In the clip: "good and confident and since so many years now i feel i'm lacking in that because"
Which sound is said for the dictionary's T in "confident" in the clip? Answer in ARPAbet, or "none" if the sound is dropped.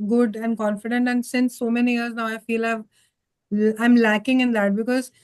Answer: T